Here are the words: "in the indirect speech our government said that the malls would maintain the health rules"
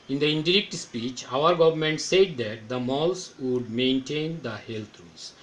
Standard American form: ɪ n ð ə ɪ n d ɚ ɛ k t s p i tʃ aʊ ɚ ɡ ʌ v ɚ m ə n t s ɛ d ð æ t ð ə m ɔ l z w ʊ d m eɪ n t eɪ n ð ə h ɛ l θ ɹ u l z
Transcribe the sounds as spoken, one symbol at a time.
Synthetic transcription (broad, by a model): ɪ n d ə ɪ n d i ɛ k t s p i tʃ aʊ ɚ ɡ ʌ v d m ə n t s ɛ d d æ t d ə m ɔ l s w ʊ d m eɪ n t eɪ n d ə h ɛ l t ɹ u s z